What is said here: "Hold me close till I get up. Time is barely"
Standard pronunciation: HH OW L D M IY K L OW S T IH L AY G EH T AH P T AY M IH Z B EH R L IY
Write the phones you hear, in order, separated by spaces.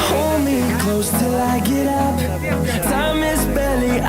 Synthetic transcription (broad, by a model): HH OW L D M IY K L OW S T IH L AY G EH T AH P S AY M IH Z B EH L IY